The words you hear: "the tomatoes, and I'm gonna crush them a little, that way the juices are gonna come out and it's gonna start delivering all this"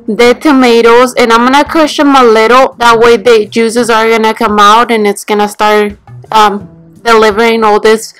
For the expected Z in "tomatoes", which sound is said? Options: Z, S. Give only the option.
Z